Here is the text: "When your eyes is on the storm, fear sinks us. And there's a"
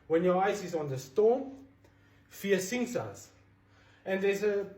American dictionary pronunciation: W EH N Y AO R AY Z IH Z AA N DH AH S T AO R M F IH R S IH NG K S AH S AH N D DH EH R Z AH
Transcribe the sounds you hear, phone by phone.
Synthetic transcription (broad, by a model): W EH N Y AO AY S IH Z AA N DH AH S T AO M F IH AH S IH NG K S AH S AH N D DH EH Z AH